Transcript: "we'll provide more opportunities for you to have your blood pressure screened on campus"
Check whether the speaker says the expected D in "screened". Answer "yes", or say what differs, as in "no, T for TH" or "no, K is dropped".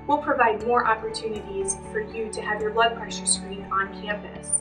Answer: no, D is dropped